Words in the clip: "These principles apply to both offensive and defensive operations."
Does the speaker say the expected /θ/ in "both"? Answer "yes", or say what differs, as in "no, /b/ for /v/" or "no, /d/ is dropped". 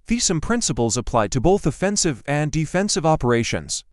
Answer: yes